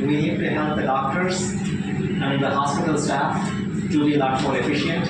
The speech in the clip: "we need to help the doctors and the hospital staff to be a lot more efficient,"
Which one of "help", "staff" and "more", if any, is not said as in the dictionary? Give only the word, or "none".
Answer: none